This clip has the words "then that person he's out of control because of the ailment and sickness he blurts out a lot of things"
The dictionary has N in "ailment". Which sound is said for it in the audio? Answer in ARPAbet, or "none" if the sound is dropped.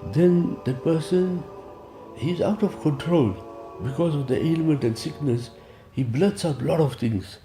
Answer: N